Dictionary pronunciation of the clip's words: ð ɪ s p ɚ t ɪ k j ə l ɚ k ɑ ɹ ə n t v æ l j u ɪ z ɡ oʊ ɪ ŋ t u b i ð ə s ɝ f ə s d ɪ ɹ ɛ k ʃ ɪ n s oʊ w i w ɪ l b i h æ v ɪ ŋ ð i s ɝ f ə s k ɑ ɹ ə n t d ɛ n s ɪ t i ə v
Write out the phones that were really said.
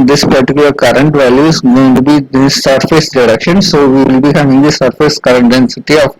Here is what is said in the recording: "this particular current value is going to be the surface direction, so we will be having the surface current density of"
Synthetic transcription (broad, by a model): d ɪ s p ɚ t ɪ k j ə l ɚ k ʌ ɹ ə n t v æ l j u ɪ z ɡ oʊ ɪ ŋ t u b i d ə s ɝ f ə s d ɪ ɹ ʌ k ʃ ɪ n s oʊ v i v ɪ l b i h æ v ɪ ŋ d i s ɝ f ə s k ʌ ɹ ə n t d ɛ n s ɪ t i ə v